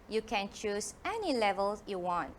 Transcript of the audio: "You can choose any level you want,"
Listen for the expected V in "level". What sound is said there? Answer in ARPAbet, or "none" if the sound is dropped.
V